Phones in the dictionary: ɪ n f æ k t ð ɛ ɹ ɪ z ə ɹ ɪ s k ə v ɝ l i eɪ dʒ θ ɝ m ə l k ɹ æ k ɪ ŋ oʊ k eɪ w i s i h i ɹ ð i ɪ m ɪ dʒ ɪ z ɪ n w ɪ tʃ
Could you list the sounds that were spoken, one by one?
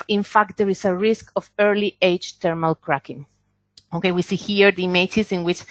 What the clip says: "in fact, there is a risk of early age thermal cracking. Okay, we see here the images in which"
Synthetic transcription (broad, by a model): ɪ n f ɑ k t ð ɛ ɹ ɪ s ə ɹ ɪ s k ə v ɝ l i eɪ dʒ t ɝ m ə l k ɹ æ k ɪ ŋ oʊ k eɪ w i s i h i ɹ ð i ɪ m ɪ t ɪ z ɪ n w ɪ tʃ